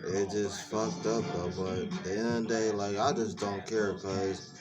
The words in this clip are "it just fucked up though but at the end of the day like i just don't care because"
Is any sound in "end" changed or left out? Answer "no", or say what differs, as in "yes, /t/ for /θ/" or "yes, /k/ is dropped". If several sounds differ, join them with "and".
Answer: yes, /d/ is dropped